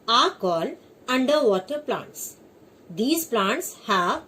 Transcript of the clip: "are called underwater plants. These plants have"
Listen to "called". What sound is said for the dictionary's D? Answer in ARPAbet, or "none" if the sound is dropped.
none